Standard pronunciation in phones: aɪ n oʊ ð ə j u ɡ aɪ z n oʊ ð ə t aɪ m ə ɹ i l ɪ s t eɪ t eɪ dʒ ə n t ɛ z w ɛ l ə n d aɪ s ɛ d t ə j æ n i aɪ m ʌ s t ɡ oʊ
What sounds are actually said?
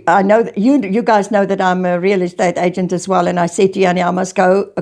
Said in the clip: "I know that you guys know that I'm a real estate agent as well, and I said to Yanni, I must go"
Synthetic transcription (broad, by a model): aɪ n oʊ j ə j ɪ ɡ aɪ z n oʊ ð ə t aɪ m ə ɹ i l ɪ s t eɪ t eɪ dʒ ə n t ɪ z w ɛ l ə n aɪ s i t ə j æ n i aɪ m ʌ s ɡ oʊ